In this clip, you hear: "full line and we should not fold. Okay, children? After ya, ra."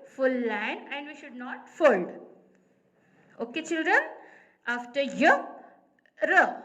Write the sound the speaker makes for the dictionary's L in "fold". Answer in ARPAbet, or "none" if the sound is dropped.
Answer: L